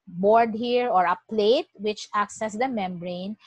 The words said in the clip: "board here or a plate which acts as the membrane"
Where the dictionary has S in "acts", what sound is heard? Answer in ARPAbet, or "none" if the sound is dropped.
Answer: S